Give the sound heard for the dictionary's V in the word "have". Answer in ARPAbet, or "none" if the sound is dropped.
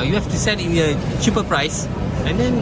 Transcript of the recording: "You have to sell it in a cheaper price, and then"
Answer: F